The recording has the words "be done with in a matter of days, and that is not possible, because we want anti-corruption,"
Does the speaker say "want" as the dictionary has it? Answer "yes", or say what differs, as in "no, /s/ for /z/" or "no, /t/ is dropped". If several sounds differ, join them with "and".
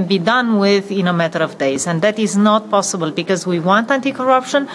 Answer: yes